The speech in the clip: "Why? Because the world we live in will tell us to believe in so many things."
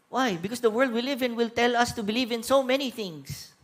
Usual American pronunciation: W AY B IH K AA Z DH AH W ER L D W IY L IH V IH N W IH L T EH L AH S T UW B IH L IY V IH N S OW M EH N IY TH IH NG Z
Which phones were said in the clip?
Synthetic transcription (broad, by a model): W AY B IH K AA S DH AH W ER L D W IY L IH V IH N W IH L T EH L AH S T UW B IH L IY V IH N S OW M EH N IY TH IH NG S